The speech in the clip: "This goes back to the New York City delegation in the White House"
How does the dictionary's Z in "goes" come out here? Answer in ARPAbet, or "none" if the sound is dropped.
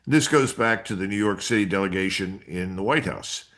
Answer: Z